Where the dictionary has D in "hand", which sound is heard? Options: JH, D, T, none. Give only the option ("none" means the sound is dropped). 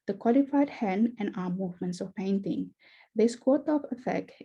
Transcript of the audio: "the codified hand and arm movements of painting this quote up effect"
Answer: none